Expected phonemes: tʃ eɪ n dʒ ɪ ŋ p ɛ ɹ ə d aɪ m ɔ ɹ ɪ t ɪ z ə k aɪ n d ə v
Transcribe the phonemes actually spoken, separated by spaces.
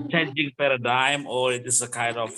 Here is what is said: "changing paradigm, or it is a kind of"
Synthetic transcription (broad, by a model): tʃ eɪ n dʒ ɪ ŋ p ɛ ɹ ə d aɪ m ɔ ɹ ɪ t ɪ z ə k aɪ n d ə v